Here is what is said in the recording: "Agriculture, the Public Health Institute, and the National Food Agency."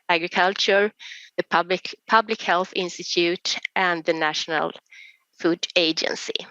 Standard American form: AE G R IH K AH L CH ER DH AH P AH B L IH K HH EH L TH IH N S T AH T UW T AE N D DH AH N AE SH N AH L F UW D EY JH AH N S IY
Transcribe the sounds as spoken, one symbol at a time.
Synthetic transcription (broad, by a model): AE G R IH K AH L CH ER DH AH P AH B L IH K HH EH L TH IH N S T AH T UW T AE N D DH AH N AE SH N AH L F UW D EY JH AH N S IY